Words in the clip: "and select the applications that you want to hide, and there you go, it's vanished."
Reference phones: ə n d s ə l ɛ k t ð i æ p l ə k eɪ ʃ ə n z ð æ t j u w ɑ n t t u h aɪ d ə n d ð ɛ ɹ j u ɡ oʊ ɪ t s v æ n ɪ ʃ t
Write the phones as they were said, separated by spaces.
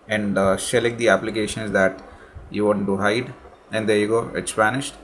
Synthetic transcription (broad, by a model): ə n d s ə l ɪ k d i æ p l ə k eɪ ʃ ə n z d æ t j u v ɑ t t u h aɪ d ə n d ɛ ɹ j u ɡ oʊ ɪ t s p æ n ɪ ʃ t